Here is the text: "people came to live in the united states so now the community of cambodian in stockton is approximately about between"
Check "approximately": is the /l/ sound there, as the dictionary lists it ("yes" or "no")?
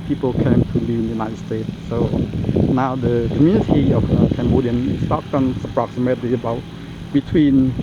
no